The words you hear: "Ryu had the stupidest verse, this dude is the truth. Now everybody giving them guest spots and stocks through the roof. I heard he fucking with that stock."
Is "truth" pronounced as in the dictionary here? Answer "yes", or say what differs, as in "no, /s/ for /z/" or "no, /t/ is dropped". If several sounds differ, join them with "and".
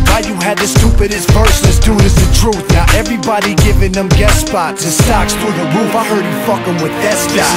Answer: yes